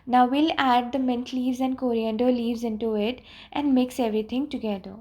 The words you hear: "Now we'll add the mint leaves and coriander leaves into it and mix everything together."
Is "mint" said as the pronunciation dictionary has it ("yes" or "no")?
yes